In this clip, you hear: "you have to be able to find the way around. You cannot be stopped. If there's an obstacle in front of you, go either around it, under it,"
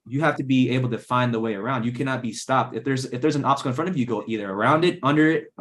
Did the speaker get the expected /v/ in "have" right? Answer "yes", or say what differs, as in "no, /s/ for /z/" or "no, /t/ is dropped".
no, /f/ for /v/